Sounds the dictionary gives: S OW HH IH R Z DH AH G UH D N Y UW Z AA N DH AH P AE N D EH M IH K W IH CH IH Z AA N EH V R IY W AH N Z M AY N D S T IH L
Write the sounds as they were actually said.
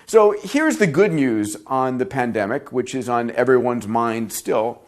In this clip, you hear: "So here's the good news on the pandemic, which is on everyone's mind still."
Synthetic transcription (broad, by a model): S OW HH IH R Z DH AH G UH D N Y UW Z N DH AH P AE N D EH M IH K W IH CH IH Z N EH V R IY W AH N Z M AY N D S T IH L